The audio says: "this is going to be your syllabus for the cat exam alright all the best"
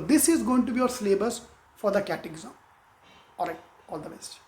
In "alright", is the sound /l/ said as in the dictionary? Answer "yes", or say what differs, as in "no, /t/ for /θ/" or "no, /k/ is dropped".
no, /l/ is dropped